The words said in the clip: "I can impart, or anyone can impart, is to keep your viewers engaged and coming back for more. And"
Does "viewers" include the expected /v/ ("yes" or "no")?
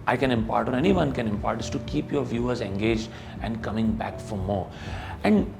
yes